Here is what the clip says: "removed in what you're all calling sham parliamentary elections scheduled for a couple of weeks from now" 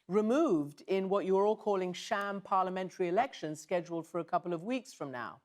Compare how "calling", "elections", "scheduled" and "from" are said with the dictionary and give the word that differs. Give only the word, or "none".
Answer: none